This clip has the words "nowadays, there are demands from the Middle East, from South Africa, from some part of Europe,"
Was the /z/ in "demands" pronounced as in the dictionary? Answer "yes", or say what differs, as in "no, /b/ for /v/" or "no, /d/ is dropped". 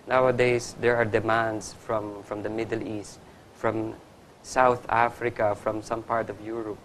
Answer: no, /s/ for /z/